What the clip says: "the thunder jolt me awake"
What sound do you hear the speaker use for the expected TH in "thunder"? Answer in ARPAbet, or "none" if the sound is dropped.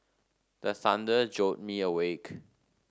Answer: S